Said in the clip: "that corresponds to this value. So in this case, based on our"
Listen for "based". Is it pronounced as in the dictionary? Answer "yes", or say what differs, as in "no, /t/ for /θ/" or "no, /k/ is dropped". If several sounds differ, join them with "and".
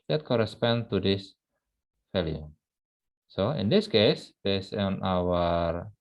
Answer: no, /t/ is dropped